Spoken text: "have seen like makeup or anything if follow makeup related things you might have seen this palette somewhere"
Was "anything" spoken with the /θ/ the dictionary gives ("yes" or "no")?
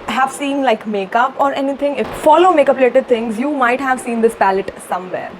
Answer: no